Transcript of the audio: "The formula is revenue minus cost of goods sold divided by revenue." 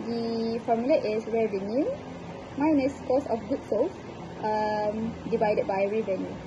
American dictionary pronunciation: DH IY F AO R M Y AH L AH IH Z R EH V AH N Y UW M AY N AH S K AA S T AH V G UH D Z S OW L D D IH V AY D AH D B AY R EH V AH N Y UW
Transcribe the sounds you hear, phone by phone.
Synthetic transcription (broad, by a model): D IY F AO M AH L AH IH S R EH V AH N Y UW M AY N AH S K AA S AH F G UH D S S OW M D D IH V AY D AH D B AY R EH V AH N Y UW